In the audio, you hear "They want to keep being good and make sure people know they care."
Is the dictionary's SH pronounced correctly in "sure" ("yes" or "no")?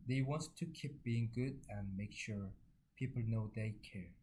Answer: yes